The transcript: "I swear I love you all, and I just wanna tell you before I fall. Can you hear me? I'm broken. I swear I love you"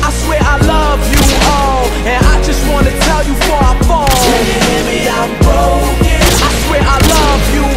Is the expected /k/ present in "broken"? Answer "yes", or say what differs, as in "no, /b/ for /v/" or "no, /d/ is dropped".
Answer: no, /k/ is dropped